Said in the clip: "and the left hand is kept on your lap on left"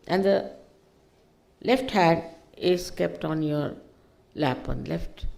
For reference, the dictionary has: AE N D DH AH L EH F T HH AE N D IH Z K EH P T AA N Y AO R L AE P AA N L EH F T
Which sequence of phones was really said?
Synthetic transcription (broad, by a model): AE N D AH L EH F T HH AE D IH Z K EH P T AA N Y AO R L AE P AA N L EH F T